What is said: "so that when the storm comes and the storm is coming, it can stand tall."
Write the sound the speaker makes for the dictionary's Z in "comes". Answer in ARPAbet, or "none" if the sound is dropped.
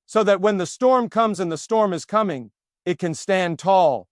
Z